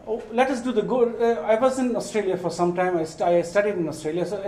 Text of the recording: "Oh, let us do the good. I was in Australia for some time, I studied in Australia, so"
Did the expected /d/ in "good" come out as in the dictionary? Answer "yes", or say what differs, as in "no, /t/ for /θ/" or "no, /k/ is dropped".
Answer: no, /d/ is dropped